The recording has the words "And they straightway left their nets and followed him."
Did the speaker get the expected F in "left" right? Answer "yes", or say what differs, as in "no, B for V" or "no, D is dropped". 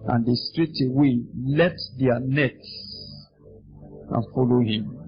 no, F is dropped